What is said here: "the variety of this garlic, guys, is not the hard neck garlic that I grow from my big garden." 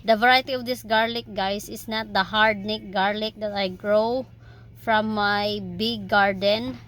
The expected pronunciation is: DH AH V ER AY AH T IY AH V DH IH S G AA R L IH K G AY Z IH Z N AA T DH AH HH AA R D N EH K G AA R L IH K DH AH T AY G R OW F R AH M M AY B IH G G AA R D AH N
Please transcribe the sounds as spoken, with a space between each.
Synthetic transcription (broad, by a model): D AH V ER AY AH T IY AH V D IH S G AA R L IH K G AY S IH S N AA T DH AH HH AA R D N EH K G AA R L IH K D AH T AY G R OW F R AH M M AY B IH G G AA R D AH N